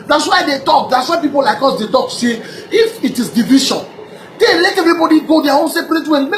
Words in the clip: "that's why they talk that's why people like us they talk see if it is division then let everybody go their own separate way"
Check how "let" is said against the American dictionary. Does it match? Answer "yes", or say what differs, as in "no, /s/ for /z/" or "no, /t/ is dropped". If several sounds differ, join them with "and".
yes